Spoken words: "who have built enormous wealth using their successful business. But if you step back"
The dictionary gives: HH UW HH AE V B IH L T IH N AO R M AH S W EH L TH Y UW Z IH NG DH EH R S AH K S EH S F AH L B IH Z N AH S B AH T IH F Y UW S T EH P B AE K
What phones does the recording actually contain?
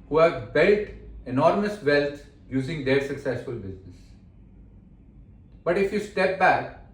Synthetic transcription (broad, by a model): HH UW HH AE V B IH L T IH N AO R M AH S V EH L T Y UW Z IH NG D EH R S AH K S EH S F AH L B IH Z N AH S B AH T IH F Y UW S T EH P B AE K